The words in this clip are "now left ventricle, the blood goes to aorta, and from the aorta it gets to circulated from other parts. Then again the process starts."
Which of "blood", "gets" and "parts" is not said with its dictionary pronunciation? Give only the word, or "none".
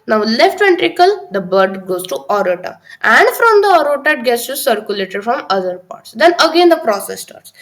blood